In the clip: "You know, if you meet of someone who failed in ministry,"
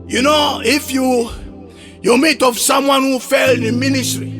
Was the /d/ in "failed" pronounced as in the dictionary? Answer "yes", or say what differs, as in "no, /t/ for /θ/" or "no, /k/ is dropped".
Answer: no, /d/ is dropped